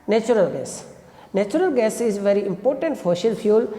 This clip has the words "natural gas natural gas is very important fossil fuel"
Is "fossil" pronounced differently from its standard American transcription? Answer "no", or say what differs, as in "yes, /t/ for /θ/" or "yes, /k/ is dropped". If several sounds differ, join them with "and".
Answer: yes, /ʃ/ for /s/